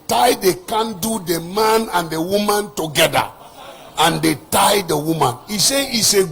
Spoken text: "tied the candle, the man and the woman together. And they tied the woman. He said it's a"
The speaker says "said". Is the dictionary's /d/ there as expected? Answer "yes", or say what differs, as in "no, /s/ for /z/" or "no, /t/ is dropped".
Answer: no, /d/ is dropped